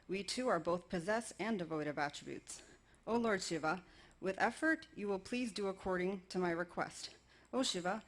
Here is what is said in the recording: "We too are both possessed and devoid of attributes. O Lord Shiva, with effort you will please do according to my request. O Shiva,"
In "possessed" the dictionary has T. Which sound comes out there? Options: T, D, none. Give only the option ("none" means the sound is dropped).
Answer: none